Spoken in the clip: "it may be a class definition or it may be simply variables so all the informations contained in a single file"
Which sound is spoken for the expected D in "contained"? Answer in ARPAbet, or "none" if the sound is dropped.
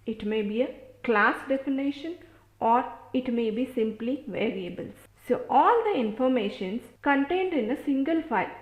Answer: D